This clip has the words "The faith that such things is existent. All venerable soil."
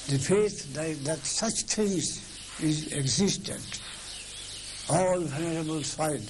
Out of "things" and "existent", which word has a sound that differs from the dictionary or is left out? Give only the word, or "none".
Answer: things